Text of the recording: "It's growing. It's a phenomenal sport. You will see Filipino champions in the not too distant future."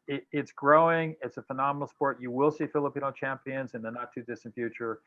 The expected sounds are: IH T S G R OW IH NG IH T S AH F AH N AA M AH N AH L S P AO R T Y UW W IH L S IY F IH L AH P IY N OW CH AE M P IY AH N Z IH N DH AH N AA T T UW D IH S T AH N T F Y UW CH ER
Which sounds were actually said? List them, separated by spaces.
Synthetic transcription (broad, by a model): IH T S G R OW IH NG IH T S AH F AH N AA M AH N L S P AO R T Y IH W IH L S IY F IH L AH P IY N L CH AE M P IY AH N Z IH N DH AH N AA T T UW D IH S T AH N F Y UW CH ER